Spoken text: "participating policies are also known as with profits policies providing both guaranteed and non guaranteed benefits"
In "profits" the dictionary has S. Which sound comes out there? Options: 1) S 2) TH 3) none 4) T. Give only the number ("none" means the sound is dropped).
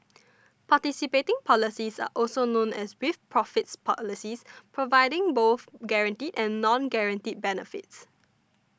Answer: 1